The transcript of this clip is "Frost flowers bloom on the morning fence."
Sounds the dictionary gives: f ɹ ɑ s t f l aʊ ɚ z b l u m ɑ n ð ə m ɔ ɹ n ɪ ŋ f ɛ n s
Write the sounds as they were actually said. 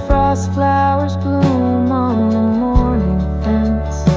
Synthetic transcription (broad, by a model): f ɹ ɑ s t f l aʊ ɚ z b l u m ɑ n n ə m ɔ ɹ n ɪ ŋ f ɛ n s